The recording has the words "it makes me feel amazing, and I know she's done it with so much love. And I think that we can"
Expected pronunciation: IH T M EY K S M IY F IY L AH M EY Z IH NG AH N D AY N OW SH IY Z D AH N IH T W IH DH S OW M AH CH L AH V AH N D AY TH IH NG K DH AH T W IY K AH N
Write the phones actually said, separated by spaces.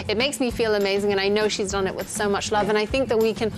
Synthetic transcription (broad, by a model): IH T M EY K S M IY F IY L AH M EY Z IH NG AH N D AY N OW SH IY Z D AH N IH T W IH DH S OW M AH CH L AH V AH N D AY TH IH NG K DH AH T W IY K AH N